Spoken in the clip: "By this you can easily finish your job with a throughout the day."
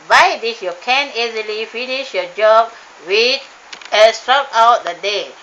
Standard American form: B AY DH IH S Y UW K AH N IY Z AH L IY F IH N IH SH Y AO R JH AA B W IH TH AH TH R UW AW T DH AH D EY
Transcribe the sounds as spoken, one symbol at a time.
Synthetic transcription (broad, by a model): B AY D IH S Y UW K AH N IY Z AH L IY F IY N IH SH Y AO JH AA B W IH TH AH S R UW AW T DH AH D EY